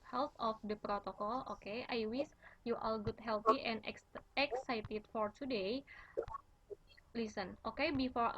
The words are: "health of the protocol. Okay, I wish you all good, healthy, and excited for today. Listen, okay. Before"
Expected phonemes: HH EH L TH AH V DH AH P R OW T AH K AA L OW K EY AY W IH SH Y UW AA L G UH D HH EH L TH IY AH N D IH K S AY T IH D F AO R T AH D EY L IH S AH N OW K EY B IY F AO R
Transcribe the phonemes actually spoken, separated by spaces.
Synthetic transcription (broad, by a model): HH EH L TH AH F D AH P R OW T AH K AA L OW K EY AY W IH S Y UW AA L G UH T HH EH L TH IY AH N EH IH K S AY T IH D F AO R T AH D EY L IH S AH N OW K EY B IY F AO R